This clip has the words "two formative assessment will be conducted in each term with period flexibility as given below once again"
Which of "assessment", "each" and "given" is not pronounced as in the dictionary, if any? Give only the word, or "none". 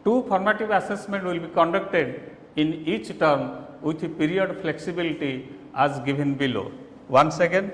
given